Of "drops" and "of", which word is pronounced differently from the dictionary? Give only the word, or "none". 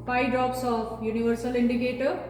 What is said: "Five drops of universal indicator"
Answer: of